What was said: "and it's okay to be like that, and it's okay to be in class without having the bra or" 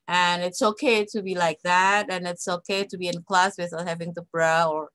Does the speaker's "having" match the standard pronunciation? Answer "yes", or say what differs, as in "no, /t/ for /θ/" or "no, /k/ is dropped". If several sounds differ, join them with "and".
yes